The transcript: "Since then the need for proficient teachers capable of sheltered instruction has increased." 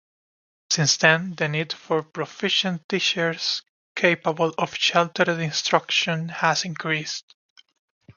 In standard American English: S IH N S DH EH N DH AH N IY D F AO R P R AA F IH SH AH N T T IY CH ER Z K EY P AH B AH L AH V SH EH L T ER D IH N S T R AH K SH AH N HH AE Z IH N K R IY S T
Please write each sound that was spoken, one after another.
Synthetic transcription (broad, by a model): S IH N S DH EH N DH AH N IY D F AO R P R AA F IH SH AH N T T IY SH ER S K EY P AH B AH L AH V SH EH L T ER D IH N S T R AH K SH AH N HH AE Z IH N K R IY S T